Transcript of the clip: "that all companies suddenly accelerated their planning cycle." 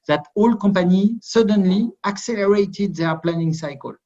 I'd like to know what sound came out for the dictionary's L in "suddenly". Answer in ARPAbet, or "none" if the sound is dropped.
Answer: L